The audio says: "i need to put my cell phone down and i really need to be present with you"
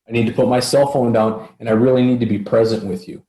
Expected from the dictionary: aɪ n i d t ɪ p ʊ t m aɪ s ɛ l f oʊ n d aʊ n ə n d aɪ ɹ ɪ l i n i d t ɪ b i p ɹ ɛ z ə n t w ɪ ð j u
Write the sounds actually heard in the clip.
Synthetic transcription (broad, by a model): aɪ n i d t ɪ p ʊ t m aɪ s ɛ l f oʊ n d aʊ n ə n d aɪ ɹ ɪ l i n i d t ɪ b i p ɹ ɛ z ə n t w ɪ ð j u